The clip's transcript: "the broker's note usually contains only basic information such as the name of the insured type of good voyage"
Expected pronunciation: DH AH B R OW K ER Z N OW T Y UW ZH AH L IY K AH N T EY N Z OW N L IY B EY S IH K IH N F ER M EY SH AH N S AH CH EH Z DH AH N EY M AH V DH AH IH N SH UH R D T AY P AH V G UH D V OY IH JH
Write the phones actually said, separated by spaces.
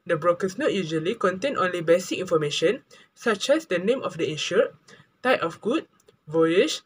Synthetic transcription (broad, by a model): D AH B R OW K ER S N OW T Y UW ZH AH L IY K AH N T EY N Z OW N L IY B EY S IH K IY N F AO M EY SH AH N S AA CH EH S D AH N EY M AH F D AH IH SH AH T AY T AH F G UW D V OY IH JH